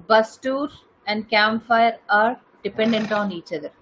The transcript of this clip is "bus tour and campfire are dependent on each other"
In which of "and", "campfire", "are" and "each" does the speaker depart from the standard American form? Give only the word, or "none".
campfire